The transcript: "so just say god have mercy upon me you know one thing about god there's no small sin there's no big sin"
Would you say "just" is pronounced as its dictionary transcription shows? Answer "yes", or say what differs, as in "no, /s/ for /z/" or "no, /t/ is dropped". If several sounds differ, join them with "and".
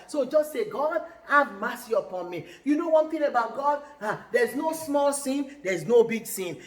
yes